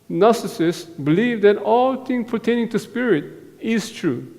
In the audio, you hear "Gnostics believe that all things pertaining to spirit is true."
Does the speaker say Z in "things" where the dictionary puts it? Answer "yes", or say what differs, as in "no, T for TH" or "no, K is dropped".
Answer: no, Z is dropped